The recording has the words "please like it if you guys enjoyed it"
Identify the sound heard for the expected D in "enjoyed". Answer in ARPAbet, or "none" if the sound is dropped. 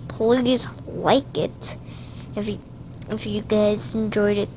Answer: D